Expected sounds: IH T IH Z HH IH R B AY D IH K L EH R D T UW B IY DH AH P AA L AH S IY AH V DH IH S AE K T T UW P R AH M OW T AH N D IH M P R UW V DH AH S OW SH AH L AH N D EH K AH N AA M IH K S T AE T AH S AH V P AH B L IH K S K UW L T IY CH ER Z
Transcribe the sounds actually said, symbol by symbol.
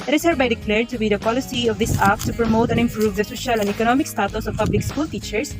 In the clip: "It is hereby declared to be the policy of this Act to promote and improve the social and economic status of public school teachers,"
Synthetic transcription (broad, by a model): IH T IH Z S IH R B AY D IH K L EH R D T UW B IY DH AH P AA L AH S IY AH V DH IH S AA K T T UW P R AH M OW T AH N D IH M P R UW V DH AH S OW SH AH L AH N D EH K AH N AA M IH K S T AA T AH S AH V P AH B L IH K S K UW L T IY CH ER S